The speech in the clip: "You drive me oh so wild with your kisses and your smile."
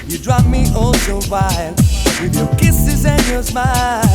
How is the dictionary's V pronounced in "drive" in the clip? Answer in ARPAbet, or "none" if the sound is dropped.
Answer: P